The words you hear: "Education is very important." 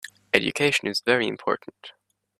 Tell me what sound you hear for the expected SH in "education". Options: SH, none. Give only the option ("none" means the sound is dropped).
SH